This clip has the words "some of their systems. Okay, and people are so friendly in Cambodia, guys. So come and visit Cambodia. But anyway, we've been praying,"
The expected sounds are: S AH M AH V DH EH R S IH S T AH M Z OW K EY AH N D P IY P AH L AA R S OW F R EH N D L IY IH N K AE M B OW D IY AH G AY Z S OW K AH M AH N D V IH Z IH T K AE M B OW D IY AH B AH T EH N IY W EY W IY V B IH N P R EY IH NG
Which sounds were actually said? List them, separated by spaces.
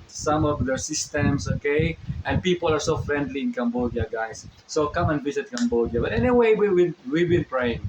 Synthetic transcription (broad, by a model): S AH M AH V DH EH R S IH S T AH M S OW K EY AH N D P IY P AH L AA R S OW F R EH N D L IY IH N K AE M B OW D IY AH G AY S OW K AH M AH N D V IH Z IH T K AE M B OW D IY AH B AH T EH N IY W EY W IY W B IH N P R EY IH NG